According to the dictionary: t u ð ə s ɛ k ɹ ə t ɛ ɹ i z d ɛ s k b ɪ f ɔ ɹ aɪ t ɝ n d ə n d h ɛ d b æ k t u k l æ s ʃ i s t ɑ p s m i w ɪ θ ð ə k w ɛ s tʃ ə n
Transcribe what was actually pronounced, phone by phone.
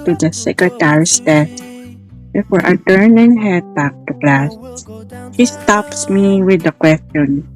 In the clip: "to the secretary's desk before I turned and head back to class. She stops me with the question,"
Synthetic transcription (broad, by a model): t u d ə s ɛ k ɹ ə t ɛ ɹ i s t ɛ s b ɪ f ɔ ɹ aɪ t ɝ n ə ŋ h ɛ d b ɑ k t u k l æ s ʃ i s t ɑ p s m i w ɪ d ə k w ɛ s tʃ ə n